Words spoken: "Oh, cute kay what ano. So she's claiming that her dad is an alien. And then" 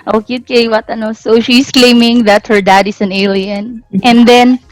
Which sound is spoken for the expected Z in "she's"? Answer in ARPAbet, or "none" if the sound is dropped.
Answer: S